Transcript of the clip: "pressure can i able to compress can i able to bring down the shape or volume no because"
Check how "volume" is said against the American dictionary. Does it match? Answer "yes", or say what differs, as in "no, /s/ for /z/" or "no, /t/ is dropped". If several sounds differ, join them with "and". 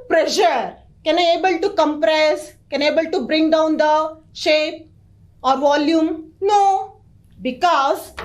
yes